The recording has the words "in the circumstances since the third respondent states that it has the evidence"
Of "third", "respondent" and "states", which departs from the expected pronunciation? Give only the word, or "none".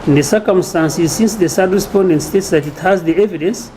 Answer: third